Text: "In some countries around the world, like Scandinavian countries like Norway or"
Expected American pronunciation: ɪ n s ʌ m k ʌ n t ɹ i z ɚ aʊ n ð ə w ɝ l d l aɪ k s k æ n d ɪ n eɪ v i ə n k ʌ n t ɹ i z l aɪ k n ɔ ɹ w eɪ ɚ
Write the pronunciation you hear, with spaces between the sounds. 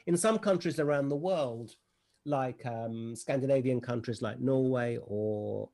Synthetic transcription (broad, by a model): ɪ n s ʌ m k ʌ n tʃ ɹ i z ɚ aʊ n ð ə w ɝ l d l aɪ k s k æ n d ɪ n eɪ v i ə n k ʌ n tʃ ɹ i z l aɪ k n ɔ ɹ w eɪ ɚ